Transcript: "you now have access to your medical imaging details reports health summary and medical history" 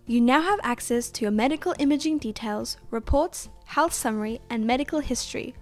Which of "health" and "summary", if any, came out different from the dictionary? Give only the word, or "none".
none